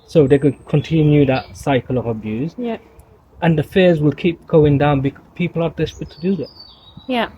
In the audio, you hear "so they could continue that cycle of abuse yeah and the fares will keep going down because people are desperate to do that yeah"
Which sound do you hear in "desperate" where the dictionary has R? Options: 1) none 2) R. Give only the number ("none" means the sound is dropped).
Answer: 1